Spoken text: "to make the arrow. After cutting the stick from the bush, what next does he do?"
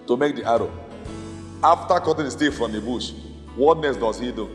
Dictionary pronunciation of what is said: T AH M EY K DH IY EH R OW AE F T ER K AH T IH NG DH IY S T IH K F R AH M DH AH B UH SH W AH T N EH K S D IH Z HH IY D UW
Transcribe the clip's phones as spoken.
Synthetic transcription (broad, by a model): T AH M EY K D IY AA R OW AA F T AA K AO T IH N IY S T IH F R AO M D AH B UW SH W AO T N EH S D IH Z HH IY D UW